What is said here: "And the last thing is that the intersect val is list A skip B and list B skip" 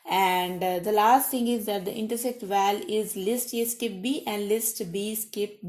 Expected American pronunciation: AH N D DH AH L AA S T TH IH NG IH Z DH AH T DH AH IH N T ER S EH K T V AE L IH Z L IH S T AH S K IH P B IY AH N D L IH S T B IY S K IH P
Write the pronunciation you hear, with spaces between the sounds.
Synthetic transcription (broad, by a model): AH N D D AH L AA S T T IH NG IH Z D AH T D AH IH N T ER S EH K T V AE L IH Z L IH S T AH S K IH P B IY AH N D L IH S T B IY S K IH P